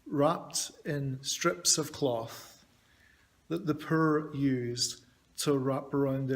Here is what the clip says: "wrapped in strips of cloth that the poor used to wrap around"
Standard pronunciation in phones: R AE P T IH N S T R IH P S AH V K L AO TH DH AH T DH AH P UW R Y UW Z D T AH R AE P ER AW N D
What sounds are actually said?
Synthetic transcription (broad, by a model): R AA P T IH N S T R IH P S AH V K L AO TH DH AH T DH AH P UW R Y UW Z T AH R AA P ER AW N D